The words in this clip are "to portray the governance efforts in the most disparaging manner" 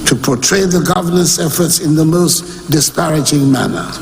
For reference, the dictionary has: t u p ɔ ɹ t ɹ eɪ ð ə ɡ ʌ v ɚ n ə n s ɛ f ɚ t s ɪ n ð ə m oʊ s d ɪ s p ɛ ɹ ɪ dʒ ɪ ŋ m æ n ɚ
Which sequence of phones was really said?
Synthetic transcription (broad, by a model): t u p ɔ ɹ t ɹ eɪ ð ə ɡ ʌ v ɚ n ə n s ɛ f ɚ t s ɪ n ð ə m oʊ s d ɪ s p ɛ ɹ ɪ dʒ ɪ ŋ m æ n ɚ